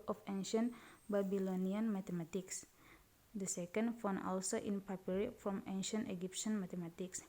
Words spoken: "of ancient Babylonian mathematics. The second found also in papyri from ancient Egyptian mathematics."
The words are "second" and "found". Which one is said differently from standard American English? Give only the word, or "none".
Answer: found